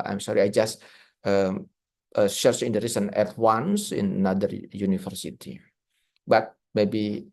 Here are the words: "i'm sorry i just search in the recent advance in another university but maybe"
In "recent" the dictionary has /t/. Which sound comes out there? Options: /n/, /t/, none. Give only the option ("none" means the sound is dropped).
none